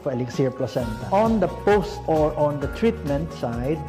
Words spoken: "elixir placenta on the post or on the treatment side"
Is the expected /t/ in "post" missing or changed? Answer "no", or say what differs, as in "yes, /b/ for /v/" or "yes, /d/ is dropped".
no